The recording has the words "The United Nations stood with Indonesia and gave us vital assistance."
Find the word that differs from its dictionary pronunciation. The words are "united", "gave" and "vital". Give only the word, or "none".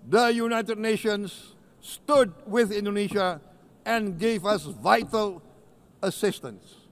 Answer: none